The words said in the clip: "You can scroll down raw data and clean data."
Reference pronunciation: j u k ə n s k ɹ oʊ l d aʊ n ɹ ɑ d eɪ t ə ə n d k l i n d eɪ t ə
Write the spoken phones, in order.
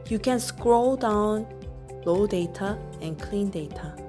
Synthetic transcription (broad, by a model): j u k ə n s k ɹ oʊ l d aʊ n l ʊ d eɪ t ə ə n k l i n d eɪ t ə